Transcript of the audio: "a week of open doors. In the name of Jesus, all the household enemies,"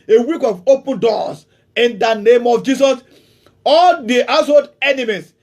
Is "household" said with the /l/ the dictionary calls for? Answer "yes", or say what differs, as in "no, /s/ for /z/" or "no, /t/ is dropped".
no, /l/ is dropped